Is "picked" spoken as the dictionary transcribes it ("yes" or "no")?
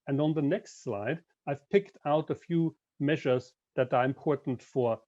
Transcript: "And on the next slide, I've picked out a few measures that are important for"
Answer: yes